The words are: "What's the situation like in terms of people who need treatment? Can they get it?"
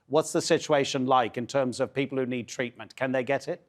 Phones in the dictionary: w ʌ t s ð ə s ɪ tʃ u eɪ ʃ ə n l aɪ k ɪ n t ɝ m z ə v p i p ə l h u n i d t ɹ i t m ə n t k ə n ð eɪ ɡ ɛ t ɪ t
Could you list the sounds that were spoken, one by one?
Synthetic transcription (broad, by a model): w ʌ t s ð ə s ɪ tʃ u eɪ ʃ ə n l aɪ k ɪ n t ɝ m z ə v p i p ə l h u n i d t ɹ i t m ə n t k ə n ð eɪ ɡ ɛ t ɪ t